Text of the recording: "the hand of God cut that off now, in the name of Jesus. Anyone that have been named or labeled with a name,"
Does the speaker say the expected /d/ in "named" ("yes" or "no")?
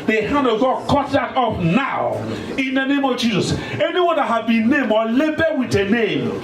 no